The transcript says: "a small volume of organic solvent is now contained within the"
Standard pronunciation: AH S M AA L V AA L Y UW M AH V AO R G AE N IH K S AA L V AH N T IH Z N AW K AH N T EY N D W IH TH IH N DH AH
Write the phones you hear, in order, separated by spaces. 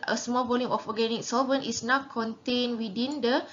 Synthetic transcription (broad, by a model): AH S M AA L B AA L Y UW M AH F AO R G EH N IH K S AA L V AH N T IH S N AW K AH N T EY N W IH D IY N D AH